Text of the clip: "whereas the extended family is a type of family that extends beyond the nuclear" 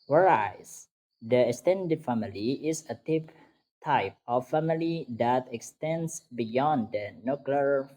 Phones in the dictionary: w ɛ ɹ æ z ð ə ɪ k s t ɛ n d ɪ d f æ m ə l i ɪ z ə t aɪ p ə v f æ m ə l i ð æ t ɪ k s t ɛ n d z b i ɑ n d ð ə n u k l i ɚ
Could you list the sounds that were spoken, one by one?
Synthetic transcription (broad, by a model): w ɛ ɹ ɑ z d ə ɪ k s t ɛ n d ɪ d f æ m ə l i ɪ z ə t aɪ p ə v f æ m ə l i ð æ t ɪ k s t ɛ n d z b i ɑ n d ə n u k l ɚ